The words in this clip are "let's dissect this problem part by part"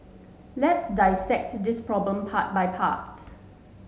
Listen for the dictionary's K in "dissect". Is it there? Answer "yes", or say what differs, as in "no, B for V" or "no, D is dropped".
yes